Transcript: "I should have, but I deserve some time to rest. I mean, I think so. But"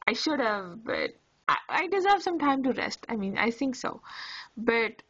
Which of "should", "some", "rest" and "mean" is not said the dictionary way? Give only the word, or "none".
none